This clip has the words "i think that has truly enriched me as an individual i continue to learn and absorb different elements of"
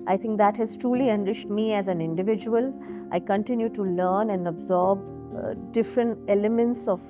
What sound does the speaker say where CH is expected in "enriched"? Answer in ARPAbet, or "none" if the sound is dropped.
SH